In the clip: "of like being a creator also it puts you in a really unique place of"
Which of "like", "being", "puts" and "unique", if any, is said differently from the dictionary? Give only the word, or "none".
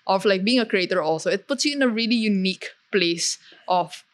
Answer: none